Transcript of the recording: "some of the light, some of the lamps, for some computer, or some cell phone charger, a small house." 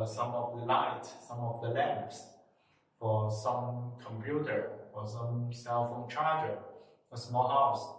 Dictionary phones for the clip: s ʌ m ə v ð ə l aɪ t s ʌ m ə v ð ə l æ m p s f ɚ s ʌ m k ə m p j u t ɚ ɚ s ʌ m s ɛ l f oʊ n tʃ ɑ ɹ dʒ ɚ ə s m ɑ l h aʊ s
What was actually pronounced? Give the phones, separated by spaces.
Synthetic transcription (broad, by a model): s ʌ m ə v ð ə l aɪ t s ʌ m ə v ð ə l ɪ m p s f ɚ s ʌ m k ə m p j u t ɚ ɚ s ʌ m s ɛ l f oʊ n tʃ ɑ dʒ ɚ ə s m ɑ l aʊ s